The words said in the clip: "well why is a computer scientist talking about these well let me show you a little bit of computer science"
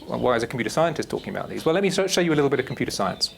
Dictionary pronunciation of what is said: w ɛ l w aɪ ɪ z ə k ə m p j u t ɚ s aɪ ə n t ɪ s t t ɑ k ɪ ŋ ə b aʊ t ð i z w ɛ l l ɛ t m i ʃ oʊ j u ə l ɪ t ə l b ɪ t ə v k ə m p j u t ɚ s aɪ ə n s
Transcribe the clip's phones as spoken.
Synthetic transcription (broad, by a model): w w aɪ ɪ z ə k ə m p j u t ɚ s aɪ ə n t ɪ s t t ɑ k ɪ ŋ ə b aʊ t ð i z w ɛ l l ɛ t m i ʃ oʊ j ə l ɪ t l b ɪ t ə v k m p j u t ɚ s aɪ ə n s